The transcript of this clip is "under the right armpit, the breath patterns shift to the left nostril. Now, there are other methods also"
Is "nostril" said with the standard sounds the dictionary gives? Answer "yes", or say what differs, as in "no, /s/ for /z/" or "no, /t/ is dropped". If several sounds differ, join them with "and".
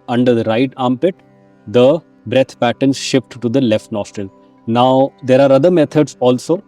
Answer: yes